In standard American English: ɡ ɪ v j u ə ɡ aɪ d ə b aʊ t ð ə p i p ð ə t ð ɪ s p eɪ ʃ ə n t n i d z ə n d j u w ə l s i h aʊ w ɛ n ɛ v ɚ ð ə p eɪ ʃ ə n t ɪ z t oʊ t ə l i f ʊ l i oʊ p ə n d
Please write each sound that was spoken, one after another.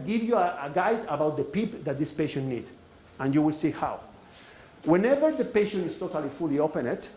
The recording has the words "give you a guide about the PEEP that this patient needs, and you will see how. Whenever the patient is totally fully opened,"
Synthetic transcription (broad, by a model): ɡ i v j u ə ɡ aɪ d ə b aʊ t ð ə p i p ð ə t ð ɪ s p eɪ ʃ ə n n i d ə n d j u w ə l s i h aʊ w ɛ n ɛ v ɚ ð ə p eɪ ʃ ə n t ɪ s t oʊ t ə l i f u l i oʊ p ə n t